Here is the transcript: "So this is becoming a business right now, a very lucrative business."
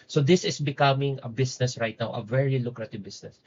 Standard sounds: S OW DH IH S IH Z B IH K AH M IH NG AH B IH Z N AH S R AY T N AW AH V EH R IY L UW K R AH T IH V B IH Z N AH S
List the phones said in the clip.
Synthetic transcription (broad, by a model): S OW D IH S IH S B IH K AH M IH NG AH B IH S N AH S R AY T N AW AH V EH R IY L UW K R AH T IH V B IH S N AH S